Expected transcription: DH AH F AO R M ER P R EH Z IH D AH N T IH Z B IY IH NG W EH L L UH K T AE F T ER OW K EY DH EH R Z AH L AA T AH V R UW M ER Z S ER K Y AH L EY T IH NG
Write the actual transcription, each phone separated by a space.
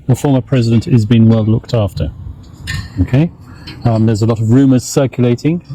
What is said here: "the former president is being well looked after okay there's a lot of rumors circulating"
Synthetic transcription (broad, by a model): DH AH F AO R M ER P R EH Z IH D AH N T IH Z B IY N W EH L L UH K T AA F T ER OW K EY DH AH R Z AH L AA T AH V R UW M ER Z S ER K Y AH L EY T IH NG